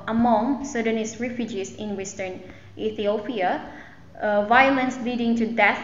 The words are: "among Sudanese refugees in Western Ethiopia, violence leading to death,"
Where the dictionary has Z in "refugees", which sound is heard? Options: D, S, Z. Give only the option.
S